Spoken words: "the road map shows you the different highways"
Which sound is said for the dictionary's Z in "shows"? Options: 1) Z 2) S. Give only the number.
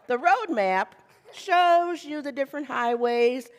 1